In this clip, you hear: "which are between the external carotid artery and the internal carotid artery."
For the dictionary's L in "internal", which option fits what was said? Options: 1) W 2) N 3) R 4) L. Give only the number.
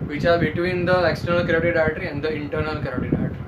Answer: 4